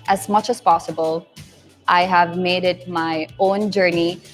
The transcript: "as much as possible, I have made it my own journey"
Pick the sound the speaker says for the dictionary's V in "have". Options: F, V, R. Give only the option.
V